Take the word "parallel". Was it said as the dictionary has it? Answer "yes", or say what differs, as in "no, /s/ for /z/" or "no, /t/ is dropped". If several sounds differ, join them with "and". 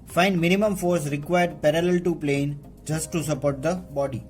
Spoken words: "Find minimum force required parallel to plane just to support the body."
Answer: yes